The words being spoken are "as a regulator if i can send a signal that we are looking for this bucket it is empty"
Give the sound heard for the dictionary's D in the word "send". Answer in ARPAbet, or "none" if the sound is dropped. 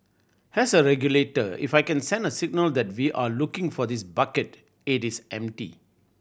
D